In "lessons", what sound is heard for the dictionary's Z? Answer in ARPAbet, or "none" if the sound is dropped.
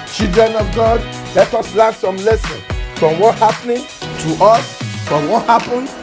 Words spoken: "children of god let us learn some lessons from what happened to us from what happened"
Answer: none